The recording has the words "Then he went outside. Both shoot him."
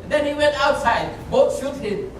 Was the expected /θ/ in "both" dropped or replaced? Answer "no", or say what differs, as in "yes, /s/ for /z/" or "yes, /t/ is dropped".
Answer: yes, /t/ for /θ/